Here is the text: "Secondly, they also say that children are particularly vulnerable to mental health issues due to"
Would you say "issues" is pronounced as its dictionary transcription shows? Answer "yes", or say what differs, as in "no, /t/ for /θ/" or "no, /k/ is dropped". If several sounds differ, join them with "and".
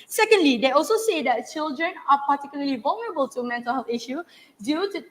no, /z/ is dropped